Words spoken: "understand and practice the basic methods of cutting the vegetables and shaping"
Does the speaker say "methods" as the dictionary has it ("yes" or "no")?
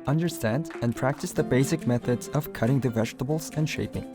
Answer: yes